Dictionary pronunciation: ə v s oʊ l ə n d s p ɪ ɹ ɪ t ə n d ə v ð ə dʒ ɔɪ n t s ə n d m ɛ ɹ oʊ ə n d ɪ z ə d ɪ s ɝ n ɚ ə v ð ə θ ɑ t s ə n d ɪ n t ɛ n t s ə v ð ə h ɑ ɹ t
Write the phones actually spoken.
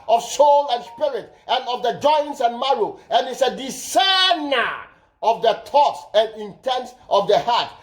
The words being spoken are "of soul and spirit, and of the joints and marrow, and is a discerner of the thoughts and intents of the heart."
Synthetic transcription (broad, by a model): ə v s oʊ l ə n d s p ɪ ɹ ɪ t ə n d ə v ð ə dʒ ɔɪ n t s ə n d m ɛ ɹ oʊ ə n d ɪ s ə d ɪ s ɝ n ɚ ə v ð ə t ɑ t s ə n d ɪ n t ɛ n t s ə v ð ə h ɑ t